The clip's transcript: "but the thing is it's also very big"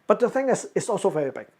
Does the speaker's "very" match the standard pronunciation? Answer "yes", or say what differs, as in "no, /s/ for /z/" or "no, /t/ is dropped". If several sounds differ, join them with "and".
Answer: yes